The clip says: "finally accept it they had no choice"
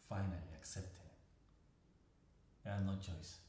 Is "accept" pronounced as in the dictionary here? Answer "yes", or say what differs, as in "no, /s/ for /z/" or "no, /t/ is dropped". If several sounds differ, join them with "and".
yes